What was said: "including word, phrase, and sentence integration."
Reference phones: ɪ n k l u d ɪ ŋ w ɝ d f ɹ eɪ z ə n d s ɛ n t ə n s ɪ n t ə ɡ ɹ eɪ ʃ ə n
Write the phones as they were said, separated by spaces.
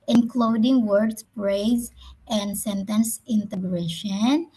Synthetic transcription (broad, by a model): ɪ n k l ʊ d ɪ ŋ w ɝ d p ɹ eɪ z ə n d s ɛ n t ə n s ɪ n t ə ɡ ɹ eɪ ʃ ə n